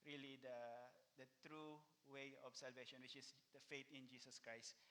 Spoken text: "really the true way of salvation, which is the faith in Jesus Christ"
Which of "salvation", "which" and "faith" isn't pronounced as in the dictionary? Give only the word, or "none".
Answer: faith